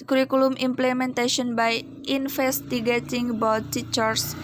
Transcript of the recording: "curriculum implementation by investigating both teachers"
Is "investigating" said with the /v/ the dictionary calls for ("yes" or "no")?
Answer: no